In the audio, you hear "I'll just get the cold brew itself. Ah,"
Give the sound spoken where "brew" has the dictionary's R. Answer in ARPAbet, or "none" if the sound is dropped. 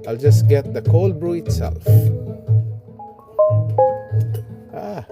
R